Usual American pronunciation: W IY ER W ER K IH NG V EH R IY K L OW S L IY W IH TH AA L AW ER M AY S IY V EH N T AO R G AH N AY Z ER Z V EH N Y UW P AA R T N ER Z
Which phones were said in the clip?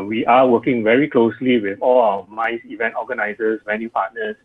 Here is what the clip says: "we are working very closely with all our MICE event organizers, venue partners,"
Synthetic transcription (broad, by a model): W IY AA W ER K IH NG V EH R IY K L OW S L IY W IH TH AA L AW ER M AY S IY V EH N T AO G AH N AY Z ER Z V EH N Y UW P AA T N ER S